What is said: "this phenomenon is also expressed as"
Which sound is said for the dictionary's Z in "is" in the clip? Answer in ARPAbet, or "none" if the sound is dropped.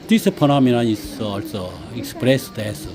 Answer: S